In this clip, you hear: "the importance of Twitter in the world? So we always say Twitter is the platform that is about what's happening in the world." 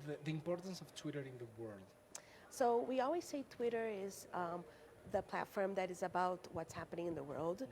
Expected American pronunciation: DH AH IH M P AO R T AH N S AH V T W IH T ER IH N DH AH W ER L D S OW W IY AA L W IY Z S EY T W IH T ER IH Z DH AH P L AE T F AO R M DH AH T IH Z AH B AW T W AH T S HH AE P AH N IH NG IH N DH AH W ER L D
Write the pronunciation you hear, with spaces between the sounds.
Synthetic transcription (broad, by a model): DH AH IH M P AO R T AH N S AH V T W IH T ER IH N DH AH W ER L D S OW W IY AA L W IY Z S EY T W IH T ER IH Z DH AH P L AE T F AO R M DH AH T IH Z AH B AW T W AH T S HH AE P AH N IH NG IH N DH AH W ER L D